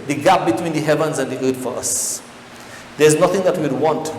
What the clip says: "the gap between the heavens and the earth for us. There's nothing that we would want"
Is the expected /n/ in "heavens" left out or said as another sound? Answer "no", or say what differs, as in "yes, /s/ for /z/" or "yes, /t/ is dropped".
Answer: no